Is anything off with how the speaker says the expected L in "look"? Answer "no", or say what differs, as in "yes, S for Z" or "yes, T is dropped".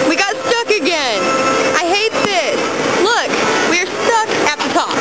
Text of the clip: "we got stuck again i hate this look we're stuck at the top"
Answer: no